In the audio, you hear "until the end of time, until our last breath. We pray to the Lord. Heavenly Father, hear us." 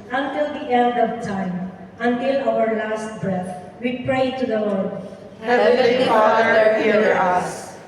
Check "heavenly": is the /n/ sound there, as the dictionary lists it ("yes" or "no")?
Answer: no